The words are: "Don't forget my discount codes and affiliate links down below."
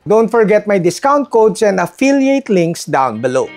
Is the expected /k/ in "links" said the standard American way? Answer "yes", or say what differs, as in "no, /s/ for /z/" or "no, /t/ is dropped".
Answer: yes